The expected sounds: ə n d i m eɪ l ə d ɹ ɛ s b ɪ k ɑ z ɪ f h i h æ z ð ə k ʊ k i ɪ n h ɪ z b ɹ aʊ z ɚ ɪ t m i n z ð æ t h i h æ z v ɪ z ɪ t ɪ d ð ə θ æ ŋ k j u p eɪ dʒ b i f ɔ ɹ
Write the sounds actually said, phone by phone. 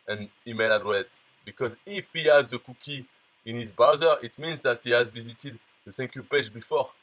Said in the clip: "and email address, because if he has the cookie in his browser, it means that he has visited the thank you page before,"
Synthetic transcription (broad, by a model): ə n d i m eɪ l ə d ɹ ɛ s b ɪ k ɑ z ɪ f h i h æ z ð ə k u k i ɪ n h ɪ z b aʊ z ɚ ɪ t m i n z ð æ t h i h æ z v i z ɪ t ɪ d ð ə s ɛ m k j u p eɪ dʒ b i f ɔ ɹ